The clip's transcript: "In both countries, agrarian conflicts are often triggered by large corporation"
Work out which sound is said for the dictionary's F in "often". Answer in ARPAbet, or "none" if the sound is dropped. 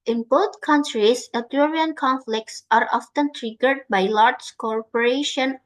F